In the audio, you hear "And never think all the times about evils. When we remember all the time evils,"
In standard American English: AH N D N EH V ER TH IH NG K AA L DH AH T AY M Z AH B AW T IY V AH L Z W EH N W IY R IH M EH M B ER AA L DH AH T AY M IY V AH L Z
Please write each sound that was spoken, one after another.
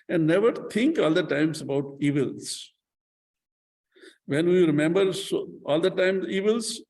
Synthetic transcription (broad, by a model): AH N D N EH V ER T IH NG K AA L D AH T AY M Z AH B AW T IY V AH L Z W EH N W IY R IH M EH M B ER AA L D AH T AY M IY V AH L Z